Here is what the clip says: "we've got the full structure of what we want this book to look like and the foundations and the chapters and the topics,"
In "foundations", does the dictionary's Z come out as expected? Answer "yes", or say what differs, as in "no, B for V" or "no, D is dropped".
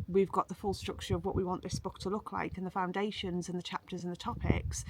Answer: yes